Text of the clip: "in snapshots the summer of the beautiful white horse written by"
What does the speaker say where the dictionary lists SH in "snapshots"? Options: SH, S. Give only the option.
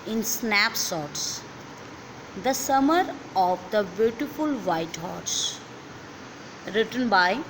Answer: S